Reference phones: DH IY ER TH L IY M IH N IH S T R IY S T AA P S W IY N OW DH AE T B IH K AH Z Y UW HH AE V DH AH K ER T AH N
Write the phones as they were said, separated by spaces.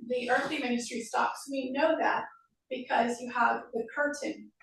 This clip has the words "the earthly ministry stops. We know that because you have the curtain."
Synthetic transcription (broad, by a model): DH IY ER TH L IY M IH N IH S T R IY S T AA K S W IY N OW DH AE T B IH K AH Z Y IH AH V DH AH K ER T N